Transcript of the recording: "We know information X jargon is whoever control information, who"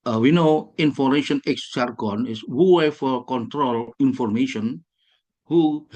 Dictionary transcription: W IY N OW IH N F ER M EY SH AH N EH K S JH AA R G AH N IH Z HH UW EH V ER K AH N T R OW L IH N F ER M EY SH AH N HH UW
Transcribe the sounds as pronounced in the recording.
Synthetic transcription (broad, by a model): W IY N OW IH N F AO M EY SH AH N EH K S CH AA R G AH N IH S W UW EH F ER K AH N T R OW L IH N F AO M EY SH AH N HH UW